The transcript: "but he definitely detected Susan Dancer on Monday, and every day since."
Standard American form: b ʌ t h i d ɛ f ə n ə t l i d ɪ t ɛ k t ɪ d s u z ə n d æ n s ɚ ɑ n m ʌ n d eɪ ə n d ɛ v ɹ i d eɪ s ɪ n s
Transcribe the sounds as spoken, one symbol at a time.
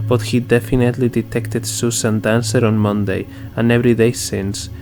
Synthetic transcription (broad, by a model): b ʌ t h i d ɛ f ə n ə t l i d ɪ t ɛ k t ɪ d s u s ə n d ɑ n s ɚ ɑ n m ʌ n d eɪ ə n ɛ v ɹ i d eɪ s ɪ n s